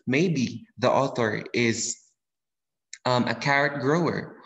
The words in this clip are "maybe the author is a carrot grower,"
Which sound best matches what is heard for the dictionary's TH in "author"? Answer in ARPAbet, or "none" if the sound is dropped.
TH